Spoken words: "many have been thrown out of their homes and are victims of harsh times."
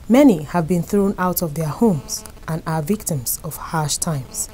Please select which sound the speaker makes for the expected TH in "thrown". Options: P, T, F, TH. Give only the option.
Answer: TH